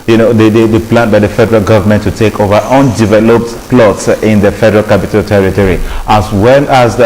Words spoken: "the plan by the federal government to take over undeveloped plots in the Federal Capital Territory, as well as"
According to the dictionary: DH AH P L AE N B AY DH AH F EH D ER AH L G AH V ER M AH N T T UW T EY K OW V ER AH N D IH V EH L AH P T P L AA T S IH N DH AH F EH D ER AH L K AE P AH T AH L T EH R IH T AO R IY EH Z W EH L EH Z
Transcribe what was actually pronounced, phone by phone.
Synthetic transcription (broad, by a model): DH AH P L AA N B AY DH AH F EH D ER AH L G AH V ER M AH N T T UW T EY K OW V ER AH N D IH V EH L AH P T P L AA T S IH N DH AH F EH D ER AH L K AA P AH T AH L T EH R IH T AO R IY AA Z W EH L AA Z